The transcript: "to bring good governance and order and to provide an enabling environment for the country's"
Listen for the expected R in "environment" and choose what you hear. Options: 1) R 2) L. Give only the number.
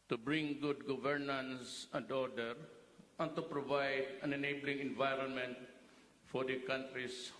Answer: 1